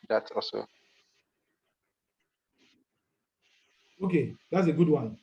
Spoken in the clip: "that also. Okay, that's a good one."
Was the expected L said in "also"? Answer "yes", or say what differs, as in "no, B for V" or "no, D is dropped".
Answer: no, L is dropped